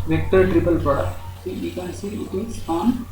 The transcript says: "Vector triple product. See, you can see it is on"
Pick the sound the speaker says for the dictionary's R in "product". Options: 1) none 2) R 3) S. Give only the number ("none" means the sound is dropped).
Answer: 1